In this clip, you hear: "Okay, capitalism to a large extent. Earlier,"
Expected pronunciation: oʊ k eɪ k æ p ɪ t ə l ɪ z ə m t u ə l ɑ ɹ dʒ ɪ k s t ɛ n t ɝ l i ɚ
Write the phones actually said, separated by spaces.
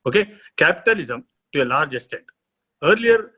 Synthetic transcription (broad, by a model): oʊ k eɪ k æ p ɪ t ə l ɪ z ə m t u ə l ɑ ɹ dʒ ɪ s t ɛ t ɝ l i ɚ